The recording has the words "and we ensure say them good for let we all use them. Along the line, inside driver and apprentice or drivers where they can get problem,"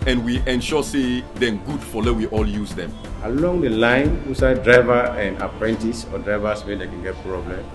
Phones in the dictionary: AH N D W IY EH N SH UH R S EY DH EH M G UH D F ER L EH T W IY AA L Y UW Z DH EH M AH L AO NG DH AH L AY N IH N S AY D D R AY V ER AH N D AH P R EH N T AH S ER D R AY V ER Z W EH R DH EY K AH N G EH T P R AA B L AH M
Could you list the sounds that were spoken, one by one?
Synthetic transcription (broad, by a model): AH N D W IY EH N SH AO S EY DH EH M G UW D F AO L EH W IY AA L Y UW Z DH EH M AH L AO NG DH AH L AY N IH S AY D D R AY V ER AH N D AH P R EH N T AH S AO D R AY V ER S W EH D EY K AH N G EH T P R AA B L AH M